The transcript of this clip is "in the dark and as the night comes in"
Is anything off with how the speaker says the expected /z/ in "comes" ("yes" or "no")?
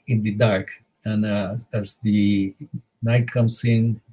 yes